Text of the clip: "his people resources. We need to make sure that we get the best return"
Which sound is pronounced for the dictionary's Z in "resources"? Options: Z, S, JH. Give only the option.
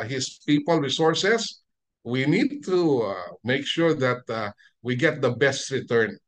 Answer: S